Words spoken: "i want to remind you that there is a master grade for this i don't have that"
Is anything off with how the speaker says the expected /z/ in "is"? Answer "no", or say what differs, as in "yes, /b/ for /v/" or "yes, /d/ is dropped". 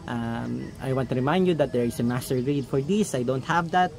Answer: yes, /s/ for /z/